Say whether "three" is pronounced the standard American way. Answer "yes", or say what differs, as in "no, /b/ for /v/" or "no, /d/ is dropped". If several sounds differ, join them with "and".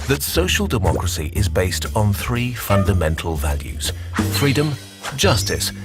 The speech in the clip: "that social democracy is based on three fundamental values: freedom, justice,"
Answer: yes